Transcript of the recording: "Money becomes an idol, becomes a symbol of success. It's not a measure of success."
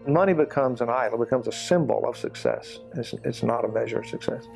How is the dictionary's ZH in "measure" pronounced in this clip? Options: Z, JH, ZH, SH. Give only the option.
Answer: ZH